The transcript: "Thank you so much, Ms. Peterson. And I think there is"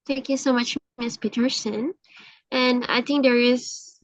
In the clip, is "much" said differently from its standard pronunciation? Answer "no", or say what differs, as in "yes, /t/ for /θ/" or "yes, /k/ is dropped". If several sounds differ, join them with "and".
no